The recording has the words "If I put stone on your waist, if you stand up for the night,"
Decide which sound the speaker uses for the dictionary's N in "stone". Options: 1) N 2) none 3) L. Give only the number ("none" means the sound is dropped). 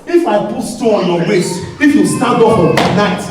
2